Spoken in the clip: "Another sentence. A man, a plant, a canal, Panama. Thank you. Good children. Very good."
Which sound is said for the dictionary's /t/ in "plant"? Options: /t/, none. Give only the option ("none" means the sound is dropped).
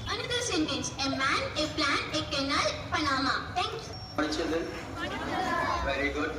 none